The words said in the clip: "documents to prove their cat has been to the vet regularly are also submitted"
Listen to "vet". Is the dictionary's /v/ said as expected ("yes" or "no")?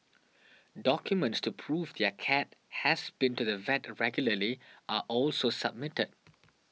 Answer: yes